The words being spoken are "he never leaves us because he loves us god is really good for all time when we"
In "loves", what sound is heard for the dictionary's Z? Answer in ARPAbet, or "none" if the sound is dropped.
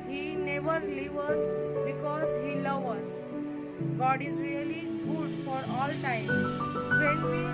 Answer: none